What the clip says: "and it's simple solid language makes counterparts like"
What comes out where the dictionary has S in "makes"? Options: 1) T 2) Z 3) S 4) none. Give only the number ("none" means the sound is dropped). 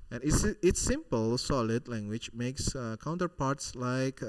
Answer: 3